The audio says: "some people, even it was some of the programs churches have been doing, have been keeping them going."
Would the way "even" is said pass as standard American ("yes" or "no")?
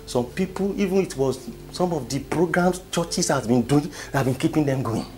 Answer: yes